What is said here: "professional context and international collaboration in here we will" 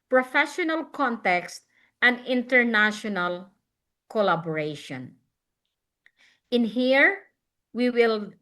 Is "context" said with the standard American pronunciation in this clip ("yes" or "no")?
yes